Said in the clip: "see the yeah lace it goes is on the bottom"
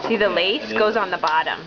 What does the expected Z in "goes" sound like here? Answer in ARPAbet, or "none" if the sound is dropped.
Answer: none